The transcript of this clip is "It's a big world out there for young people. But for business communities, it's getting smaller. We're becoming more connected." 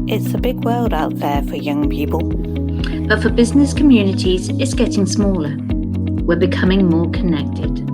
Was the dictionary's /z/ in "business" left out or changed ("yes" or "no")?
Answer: no